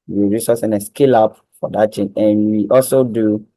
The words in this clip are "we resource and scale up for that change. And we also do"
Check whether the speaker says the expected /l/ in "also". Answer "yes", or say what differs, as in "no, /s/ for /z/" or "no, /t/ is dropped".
yes